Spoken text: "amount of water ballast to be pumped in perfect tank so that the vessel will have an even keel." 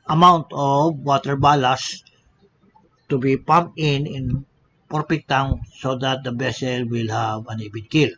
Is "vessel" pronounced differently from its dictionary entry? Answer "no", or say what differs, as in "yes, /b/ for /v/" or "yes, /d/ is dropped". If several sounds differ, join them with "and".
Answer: yes, /b/ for /v/